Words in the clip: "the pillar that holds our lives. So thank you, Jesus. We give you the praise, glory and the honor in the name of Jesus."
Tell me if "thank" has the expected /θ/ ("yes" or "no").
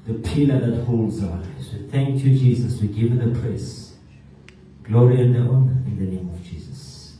yes